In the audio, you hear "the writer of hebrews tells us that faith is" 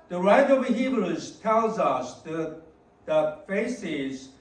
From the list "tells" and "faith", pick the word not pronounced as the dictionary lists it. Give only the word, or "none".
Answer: faith